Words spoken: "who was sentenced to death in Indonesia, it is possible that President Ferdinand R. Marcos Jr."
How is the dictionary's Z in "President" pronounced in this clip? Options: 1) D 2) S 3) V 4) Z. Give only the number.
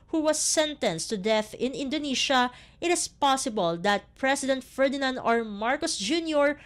2